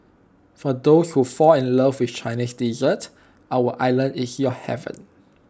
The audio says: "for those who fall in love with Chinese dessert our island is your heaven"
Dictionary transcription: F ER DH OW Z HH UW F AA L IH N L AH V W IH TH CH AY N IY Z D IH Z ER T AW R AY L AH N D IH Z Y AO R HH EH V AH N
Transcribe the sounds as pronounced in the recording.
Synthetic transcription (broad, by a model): F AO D OW S HH UW F AA IH N L AH V W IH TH CH AY N IY S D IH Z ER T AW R AY L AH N IH S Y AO HH EH V AH N